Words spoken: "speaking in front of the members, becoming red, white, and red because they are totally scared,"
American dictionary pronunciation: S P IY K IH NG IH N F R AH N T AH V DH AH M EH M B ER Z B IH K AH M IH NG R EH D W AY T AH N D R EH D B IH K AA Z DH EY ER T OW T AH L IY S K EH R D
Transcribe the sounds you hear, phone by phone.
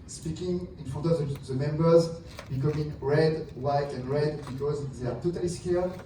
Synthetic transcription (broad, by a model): S P IY K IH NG IH N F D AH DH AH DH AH M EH M B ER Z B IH K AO M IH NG R EH D W AY T AH N D R EH D B IH K AA Z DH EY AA T OW T AH L IY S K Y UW